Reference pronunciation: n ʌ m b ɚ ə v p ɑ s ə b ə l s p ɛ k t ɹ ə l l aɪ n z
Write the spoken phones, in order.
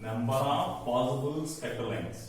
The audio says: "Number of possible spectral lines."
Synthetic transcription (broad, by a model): n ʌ m b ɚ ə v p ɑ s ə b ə l s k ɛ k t ə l l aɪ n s